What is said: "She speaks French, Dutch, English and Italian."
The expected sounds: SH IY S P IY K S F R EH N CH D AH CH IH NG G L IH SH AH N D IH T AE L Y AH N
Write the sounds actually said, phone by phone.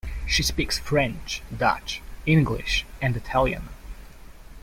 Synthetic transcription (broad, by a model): SH IY S P IY K S F R EH N CH D AH CH IH NG G L IH SH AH N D IH T AE L Y AH N